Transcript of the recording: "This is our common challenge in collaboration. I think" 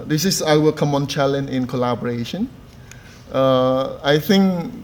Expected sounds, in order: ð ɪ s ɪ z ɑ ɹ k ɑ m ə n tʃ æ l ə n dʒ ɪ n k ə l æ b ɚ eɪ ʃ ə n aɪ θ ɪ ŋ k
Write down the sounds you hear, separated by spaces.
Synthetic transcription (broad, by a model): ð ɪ s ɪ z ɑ w k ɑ m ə n tʃ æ l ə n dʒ ɪ n k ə l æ b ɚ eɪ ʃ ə n aɪ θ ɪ ŋ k